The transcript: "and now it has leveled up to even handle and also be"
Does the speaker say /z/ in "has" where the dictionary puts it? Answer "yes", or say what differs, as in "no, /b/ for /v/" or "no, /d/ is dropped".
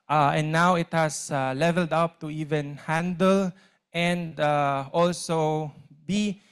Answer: no, /s/ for /z/